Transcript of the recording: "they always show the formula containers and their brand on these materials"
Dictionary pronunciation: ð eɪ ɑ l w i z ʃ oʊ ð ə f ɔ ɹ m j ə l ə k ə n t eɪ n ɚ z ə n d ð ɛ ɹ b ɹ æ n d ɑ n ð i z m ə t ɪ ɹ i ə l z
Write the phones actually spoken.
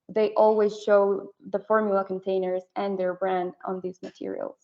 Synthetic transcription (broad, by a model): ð eɪ ɑ l w i z ʃ oʊ ð ə f ɔ ɹ m j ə l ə k ə n t eɪ n ɚ z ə n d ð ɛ ɹ b ɹ æ n d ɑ n ð i z m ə t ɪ ɹ i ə l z